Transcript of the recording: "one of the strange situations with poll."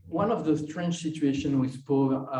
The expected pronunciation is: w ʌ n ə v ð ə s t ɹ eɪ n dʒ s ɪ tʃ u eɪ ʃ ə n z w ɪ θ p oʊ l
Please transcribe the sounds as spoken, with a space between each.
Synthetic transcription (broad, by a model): w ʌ n ə v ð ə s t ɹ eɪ n tʃ s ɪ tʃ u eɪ ʃ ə n w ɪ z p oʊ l